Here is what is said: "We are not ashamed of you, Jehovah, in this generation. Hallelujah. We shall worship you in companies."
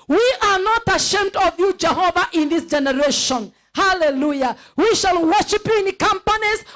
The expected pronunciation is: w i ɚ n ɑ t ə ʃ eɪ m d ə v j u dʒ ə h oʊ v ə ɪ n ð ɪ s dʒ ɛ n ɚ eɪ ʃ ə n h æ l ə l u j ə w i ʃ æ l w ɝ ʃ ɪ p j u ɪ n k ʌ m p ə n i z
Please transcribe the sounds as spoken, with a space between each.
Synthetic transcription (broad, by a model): w i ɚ n ɑ t ə ʃ eɪ m d ə v j u dʒ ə h oʊ v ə ɪ n ð ɪ s dʒ ɛ n ɚ eɪ ʃ ə n h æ l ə l u j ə w i ʃ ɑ l w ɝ ʃ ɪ p j u ɪ n k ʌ m p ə n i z